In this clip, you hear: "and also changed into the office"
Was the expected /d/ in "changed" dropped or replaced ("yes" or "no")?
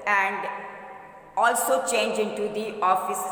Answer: yes